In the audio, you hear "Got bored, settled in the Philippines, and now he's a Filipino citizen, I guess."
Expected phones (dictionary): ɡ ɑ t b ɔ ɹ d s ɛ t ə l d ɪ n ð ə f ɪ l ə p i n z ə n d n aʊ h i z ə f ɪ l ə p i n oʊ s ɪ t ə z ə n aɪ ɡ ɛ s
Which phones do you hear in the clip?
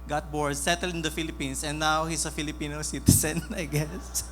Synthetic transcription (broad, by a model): ɡ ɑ t b ɔ ɹ d s ɛ t ə l d ɪ n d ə f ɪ l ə p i n s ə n n aʊ h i s ə f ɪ l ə p i n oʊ s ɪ t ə s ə n aɪ ɡ ɛ s